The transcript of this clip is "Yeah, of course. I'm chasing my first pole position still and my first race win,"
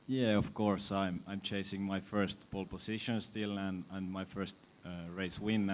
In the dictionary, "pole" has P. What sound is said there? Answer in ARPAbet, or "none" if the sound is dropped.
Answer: B